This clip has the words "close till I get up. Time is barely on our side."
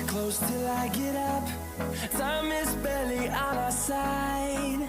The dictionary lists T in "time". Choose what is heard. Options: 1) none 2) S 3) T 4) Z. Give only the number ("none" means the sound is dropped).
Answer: 2